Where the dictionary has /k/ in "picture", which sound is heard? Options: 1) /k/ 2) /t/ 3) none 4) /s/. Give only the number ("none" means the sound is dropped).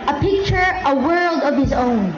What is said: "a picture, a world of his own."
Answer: 1